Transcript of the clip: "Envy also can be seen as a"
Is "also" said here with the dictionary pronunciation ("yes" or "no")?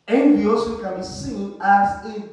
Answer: no